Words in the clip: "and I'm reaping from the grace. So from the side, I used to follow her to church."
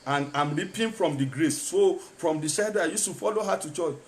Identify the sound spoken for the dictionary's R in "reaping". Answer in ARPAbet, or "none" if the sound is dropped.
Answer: L